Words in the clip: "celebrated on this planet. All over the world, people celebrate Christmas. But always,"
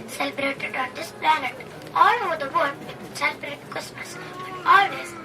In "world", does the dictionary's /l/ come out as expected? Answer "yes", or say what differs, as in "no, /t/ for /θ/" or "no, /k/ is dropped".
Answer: no, /l/ is dropped